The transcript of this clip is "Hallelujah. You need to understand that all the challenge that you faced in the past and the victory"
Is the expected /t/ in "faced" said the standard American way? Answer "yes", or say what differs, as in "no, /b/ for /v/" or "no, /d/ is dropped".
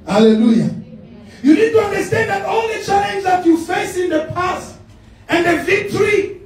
no, /t/ is dropped